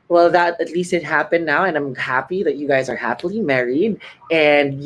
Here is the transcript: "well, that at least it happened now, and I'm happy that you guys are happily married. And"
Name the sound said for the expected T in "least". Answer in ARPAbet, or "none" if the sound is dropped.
T